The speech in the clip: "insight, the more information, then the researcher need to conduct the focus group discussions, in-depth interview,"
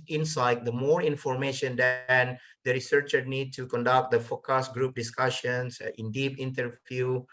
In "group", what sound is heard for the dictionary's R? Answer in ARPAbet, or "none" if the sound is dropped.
R